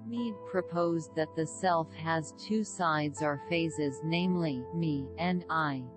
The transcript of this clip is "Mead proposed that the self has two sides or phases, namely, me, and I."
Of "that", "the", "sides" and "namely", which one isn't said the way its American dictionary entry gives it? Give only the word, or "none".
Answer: none